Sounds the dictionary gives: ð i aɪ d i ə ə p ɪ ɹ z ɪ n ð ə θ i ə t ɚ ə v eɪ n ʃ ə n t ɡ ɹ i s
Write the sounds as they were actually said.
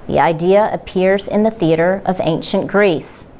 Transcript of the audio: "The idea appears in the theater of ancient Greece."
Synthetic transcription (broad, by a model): ð i aɪ d i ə ə p ɪ ɹ z ɪ n ð ə θ i ə t ɚ ə v eɪ n ʃ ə n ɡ ɹ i s